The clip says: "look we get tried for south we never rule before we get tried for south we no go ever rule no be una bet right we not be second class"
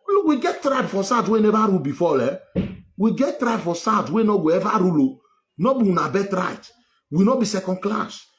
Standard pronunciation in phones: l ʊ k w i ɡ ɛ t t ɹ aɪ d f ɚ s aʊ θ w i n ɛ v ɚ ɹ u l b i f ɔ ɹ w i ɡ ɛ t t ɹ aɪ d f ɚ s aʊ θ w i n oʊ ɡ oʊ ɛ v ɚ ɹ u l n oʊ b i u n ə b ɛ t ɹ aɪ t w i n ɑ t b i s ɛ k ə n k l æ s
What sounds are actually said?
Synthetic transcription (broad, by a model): l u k w i ɡ ɛ t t ɹ aɪ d f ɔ s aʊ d w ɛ n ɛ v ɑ ɹ u l b i f ɔ l w i ɡ ɛ t t ɹ aɪ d f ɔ s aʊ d w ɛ n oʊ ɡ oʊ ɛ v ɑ ɹ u l n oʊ b i u n ə b ɛ t ɹ aɪ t w i n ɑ b i s ɛ k ə n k l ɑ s